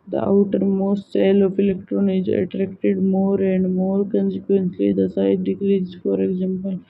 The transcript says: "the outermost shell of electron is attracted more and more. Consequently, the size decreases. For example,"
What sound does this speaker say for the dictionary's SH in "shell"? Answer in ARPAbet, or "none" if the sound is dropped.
S